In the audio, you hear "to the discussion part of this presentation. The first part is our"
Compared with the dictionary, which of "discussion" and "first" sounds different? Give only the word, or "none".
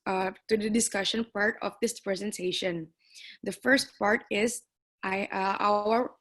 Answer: none